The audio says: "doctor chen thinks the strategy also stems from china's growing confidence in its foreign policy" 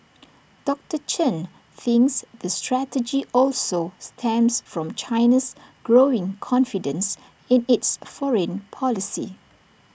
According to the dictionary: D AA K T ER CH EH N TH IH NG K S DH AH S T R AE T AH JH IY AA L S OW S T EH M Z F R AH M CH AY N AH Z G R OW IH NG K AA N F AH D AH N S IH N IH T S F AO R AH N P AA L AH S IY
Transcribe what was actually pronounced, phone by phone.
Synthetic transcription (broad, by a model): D AA K T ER CH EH N TH IH NG K S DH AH S T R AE T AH JH IY AA L S OW S T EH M S F R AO M CH AY N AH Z G R OW IH NG K AA N F AH D AH N S IH N IH T S F AO R AH N P AA L AH S IY